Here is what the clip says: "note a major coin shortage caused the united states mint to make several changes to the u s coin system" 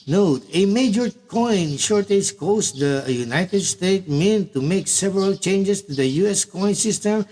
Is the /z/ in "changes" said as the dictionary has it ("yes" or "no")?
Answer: no